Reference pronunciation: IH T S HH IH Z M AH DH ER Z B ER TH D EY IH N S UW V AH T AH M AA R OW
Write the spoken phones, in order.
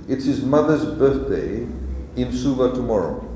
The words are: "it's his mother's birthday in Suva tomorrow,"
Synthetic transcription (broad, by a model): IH T S HH IH Z M AH DH ER Z B ER TH D EY IH N S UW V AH T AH M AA R OW